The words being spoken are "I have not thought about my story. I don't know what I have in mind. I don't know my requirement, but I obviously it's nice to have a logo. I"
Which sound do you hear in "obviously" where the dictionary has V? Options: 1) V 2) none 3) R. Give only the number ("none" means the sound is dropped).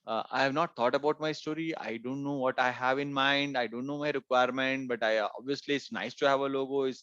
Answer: 1